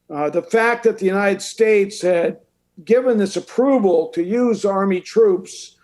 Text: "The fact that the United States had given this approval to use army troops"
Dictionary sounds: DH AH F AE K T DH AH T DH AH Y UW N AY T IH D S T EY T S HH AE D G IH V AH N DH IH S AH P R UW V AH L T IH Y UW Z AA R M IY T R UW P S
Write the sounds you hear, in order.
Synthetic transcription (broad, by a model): DH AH F AE K DH AH T DH AH Y UW N AY T IH D S T EY T S HH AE D G IH V AH N DH IH S AH P R UW V AH L T IH Y UW Z AA R M IY T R UW P S